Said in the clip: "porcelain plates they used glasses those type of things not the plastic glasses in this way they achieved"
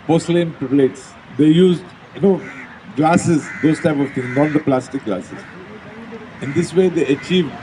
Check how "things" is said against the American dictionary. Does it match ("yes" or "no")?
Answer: no